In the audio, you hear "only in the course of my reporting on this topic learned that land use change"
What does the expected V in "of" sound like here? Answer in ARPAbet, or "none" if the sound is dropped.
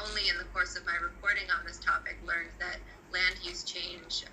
V